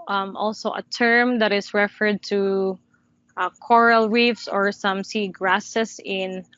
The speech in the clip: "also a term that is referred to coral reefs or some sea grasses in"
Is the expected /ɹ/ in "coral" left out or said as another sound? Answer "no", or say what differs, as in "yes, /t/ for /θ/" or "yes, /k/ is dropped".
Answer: no